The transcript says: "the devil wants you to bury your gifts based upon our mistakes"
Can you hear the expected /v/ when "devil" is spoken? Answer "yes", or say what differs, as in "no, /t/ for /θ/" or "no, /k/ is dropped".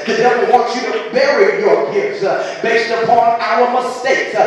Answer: no, /w/ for /v/